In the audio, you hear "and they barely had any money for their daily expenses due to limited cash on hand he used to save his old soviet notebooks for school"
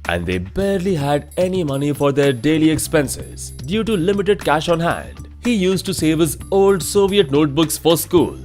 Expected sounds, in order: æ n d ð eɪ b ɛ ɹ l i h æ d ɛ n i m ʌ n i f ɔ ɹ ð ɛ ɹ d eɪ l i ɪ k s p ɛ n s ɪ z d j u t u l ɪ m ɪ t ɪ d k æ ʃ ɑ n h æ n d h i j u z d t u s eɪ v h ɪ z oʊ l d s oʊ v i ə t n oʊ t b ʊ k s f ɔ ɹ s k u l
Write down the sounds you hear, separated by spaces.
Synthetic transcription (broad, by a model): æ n d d eɪ b ɛ ɹ l i h æ d ɛ n i m ʌ n i f ɔ ɹ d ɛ ɹ d eɪ l i ɪ k s p ɛ n s ɪ z d j u t u l ɪ m ɪ t ɪ d k æ ʃ ɑ n h æ n d h i j u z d t u s eɪ v h ɪ z oʊ l d s oʊ v i ə t n oʊ t b ʊ k s f ɔ ɹ s k u l